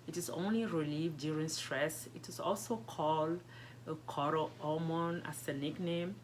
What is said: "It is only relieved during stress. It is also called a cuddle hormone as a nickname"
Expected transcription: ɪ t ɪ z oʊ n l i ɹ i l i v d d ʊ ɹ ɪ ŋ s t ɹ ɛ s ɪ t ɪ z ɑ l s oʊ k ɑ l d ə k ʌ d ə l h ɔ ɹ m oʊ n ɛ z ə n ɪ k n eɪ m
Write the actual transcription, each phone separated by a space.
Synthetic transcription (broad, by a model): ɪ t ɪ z oʊ n l i ɹ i l i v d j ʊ ɹ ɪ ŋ s t ɹ ɛ s ɪ t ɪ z ɑ l s oʊ k ɑ l d ə k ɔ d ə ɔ m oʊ n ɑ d ə n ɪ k n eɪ m